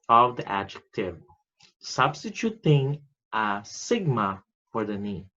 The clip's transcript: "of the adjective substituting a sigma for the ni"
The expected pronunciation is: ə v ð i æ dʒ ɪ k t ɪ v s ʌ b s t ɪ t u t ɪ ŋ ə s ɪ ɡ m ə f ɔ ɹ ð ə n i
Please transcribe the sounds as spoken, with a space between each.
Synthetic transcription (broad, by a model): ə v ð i æ dʒ ɪ k t ɪ v s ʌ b s t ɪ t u t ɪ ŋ ə s ɪ ɡ m ə f ɔ ɹ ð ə n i